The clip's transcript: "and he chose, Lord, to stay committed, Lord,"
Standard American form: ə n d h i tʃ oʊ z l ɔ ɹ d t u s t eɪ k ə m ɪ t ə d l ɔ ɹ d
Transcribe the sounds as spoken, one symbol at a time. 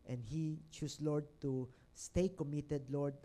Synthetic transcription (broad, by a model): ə n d h i tʃ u s l ɔ ɹ d t u s t eɪ k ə m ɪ t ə d l ɔ ɹ d